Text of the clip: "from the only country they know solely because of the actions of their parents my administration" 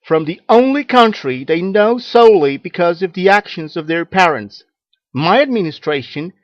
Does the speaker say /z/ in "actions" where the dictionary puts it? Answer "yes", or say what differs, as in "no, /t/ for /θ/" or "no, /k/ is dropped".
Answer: yes